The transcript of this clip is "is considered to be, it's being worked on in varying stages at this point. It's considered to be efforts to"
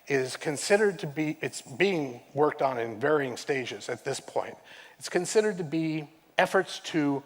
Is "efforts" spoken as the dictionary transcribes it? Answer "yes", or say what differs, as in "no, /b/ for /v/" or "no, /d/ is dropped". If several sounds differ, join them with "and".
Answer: yes